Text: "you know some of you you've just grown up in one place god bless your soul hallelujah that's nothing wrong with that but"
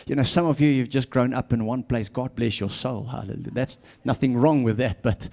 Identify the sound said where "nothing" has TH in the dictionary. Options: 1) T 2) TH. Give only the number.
2